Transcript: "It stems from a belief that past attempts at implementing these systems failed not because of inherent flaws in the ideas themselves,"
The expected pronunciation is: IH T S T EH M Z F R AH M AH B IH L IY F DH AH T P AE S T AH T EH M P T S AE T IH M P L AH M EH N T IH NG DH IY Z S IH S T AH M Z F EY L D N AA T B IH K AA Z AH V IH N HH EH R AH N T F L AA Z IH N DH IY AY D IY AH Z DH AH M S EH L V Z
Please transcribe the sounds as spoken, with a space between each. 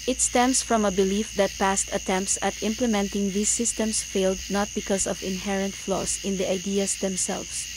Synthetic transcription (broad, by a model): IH T S T EH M S F R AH M AH B IH L IY F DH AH T P AE S T AH T EH M P T S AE T IH M P L AH M EH N T IH NG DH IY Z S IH S T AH M S F EY L D N AA T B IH K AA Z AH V IH N HH EH R AH N T F L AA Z IH N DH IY AY D IY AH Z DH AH M S EH L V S